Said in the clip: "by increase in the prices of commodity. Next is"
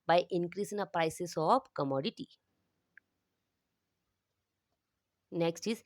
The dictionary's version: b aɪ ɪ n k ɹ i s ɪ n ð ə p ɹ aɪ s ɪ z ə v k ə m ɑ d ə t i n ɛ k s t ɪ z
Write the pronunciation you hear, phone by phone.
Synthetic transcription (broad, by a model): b aɪ ɪ n k ɹ i s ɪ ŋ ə p ɹ aɪ s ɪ s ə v k ə m ɑ d ə t i n ɛ k s t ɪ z